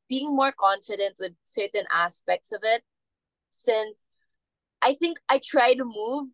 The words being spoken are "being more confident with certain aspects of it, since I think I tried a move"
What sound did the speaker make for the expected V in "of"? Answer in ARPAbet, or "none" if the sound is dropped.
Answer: V